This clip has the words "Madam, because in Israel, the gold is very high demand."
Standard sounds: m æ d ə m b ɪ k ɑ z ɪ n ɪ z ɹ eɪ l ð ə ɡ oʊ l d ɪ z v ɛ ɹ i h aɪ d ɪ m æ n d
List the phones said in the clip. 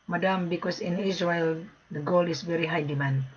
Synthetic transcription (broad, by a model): m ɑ d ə m b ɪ k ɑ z ɪ n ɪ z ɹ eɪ l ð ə ɡ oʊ l ɪ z v ɛ ɹ i h aɪ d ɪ m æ n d